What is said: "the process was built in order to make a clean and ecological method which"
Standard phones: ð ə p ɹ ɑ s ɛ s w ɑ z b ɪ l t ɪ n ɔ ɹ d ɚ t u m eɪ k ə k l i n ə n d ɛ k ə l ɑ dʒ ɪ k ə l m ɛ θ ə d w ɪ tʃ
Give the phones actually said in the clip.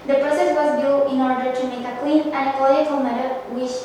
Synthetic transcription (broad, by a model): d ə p ɹ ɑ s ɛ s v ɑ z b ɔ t ɪ n ɔ ɹ d ɚ t u m eɪ k ə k w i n ə n d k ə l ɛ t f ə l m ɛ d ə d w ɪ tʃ